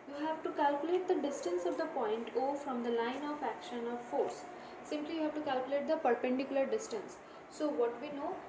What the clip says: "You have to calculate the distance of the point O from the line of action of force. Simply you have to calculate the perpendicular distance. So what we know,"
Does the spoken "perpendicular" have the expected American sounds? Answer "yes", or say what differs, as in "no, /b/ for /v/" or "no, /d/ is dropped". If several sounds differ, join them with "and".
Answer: yes